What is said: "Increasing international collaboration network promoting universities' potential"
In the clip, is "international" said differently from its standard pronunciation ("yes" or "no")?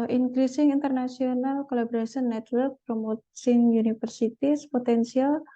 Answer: yes